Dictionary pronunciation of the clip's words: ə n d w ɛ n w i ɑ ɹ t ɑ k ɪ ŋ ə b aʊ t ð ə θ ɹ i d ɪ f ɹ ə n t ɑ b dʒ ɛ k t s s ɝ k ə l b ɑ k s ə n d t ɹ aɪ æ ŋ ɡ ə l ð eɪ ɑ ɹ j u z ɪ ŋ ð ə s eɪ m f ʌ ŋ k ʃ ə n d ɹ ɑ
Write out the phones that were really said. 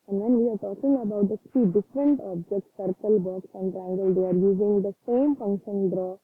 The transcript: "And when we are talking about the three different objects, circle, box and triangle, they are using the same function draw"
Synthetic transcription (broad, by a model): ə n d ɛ n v i ɑ ɹ t ɑ k ɪ ŋ ə b aʊ t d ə t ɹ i d ɪ f ɹ ə n t ɑ b dʒ ɛ k t s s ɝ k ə l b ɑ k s ə n d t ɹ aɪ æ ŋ ɡ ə l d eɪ ɑ ɹ j u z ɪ ŋ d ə s eɪ m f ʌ ŋ k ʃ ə n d ɹ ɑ